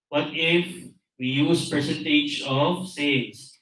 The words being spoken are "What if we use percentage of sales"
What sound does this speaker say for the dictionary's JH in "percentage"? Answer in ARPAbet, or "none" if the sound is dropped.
JH